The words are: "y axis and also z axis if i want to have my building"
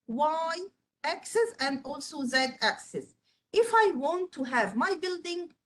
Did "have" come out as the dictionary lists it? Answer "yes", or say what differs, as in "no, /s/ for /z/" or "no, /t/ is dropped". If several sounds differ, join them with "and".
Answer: yes